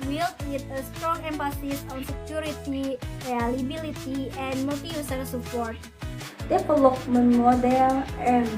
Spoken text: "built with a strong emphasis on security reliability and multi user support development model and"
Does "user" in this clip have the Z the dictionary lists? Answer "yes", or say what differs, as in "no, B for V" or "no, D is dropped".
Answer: no, S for Z